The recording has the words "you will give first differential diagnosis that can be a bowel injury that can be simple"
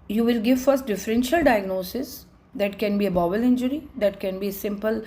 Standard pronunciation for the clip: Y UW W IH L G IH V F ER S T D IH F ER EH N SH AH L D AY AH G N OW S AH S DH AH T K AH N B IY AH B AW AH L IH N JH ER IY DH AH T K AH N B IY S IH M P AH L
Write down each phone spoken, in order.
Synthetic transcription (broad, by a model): Y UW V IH L G IH V F ER S T D IH F ER EH N SH AH L D AY AH G N OW S AH S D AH T K AH N B IY AH B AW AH L IH N JH ER IY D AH T K AH N B IY S IH M P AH L